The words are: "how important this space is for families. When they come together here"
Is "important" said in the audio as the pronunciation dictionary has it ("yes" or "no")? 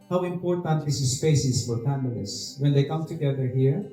yes